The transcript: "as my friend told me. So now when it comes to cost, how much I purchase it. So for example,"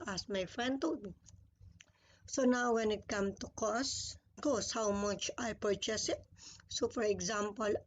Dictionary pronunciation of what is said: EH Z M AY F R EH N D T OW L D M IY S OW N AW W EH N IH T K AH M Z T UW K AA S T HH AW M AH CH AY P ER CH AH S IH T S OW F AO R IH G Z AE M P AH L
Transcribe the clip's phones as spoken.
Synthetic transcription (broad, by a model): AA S M AY F R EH N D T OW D S OW N AW W EH N IH T K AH M T UW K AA S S HH AW M AH CH AY P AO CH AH S IH T S OW F AO R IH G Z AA M P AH L